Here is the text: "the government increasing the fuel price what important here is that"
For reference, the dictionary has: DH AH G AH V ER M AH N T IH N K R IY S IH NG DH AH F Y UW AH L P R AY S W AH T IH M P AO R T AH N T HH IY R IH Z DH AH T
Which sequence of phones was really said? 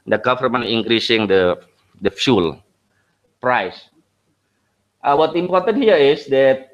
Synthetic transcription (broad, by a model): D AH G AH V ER M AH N IH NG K R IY S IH NG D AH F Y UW L P R AY S W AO T IH M P AO R T AH N T HH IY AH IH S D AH T